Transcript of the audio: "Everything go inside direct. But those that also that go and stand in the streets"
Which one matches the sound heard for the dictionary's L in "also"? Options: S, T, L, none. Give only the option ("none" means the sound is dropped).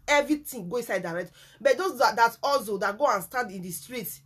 L